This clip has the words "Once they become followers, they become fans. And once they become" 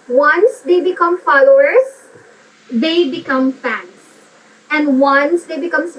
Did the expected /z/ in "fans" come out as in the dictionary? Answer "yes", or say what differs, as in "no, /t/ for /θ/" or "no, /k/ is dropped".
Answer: no, /s/ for /z/